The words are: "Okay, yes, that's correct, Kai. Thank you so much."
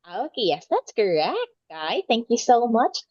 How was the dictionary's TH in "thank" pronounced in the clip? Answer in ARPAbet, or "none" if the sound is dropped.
TH